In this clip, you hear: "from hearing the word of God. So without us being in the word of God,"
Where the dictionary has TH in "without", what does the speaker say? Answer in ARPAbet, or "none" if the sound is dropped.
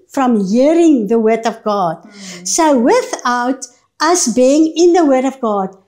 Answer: TH